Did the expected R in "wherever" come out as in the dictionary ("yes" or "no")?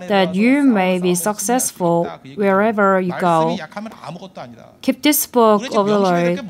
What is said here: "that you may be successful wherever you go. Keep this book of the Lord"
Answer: yes